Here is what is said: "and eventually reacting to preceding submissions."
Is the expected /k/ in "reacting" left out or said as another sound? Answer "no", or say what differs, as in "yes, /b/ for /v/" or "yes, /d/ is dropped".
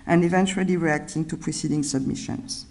no